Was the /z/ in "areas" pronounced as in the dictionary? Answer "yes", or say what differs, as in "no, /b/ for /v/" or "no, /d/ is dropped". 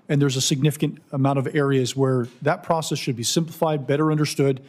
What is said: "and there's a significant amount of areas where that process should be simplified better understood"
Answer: yes